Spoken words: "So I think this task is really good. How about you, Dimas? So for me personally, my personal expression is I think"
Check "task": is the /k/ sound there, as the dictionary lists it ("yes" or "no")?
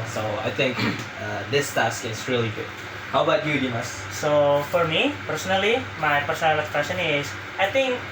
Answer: yes